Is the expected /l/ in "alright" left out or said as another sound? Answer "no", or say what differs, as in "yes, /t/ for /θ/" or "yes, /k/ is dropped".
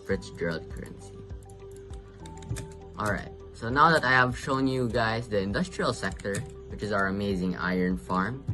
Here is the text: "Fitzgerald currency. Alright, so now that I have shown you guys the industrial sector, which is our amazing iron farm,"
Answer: no